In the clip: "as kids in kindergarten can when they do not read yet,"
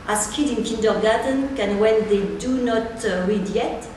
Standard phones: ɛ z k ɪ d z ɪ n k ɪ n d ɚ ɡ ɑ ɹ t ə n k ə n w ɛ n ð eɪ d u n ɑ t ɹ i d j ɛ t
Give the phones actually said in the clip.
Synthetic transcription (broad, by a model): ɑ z k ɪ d ɪ n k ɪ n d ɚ ɡ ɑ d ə n k ə n w ɛ n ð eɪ d u n ɑ t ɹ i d j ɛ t